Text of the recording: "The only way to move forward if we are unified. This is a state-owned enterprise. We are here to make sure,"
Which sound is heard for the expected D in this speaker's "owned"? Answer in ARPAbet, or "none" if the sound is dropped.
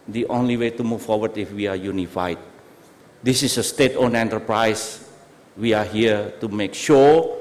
none